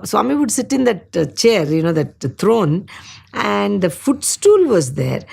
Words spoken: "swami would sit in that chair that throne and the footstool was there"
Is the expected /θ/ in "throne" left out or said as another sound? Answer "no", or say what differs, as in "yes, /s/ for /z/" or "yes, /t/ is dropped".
yes, /t/ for /θ/